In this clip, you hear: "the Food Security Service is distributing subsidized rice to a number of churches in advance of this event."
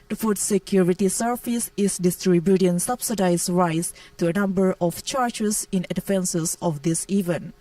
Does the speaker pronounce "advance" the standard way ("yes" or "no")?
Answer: no